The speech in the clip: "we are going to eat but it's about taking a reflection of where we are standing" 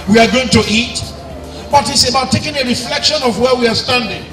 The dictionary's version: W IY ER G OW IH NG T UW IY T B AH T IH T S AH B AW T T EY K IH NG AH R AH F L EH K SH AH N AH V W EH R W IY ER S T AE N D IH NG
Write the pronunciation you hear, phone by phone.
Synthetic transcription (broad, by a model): W IY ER G OW IH NG T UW IY T B AH T IH T S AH B AW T T EY K IH NG AH R AH F L EH K SH AH N AH V W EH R W IY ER S T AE N D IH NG